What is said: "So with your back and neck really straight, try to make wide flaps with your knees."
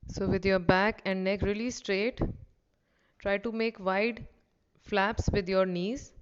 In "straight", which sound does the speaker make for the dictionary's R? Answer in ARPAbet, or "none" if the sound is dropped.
R